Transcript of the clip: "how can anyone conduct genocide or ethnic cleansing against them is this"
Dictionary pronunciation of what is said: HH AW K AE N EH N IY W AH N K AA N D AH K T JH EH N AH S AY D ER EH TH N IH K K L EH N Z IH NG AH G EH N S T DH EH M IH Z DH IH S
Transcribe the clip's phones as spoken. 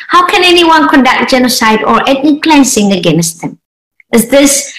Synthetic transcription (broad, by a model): HH AW K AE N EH N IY W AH N K AA N D AH K T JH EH N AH S AY D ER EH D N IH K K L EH N S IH NG AH G EH N S T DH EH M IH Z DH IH S